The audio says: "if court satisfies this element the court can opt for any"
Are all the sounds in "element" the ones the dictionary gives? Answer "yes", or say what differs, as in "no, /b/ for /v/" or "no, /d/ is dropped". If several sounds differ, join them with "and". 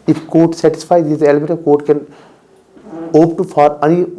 no, /n/ is dropped